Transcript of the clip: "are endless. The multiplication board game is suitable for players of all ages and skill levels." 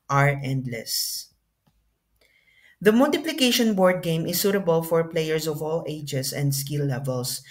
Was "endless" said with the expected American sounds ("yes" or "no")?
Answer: yes